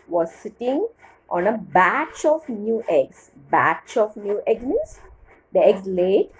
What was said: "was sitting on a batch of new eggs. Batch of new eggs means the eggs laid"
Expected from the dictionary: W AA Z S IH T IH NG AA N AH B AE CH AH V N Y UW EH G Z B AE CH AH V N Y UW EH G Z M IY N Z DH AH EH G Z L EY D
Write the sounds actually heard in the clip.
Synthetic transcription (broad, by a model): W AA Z S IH T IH NG AA N AH B AE CH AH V N Y UW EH G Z B AE CH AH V N Y UW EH G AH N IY Z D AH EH G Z L EY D